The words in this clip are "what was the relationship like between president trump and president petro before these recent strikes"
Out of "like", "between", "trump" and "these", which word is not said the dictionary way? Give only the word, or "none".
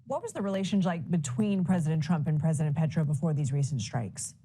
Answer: none